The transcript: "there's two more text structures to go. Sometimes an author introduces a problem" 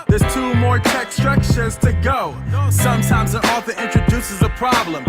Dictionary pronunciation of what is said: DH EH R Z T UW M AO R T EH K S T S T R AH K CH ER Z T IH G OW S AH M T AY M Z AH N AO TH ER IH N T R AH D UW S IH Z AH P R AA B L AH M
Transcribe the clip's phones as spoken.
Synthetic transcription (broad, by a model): DH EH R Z T UW M AO R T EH K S S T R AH K SH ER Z T IH G OW S AH M T AY M Z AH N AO F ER IH N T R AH D UW S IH Z AH P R AA B L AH M